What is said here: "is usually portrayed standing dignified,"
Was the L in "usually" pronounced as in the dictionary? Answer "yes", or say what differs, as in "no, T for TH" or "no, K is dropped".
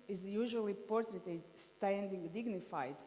yes